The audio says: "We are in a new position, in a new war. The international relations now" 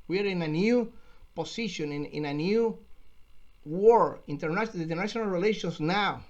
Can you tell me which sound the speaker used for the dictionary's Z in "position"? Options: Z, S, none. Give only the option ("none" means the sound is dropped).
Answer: S